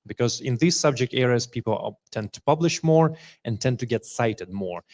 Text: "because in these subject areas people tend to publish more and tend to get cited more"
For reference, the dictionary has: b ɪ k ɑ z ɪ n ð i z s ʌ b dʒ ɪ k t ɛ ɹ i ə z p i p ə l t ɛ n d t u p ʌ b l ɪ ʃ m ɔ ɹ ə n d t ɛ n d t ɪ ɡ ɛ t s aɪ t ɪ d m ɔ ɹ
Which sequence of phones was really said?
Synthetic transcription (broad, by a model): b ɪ k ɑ z ɪ n ð i z s ʌ b dʒ ɪ k t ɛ ɹ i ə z p i p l t ɛ n d t u p ʌ b l ɪ ʃ m ɔ ɹ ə n t ɛ n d t ɪ ɡ ɛ t s aɪ t ɪ d m ɔ ɹ